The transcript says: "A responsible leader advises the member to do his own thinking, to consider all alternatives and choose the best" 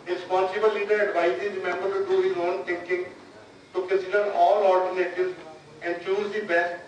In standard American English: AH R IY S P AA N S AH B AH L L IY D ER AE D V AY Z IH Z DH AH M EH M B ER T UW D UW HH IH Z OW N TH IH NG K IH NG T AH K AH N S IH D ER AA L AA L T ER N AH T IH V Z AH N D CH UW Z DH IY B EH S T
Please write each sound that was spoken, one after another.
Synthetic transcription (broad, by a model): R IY S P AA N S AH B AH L L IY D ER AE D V AY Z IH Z M EH M B ER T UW D UW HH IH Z OW N T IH NG K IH NG T AH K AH S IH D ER AA L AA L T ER N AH T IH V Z AH N D CH UW Z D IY B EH S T